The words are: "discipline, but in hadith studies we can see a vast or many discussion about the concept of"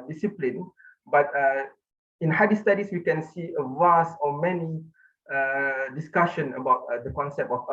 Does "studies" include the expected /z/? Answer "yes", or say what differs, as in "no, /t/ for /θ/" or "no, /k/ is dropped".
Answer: no, /s/ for /z/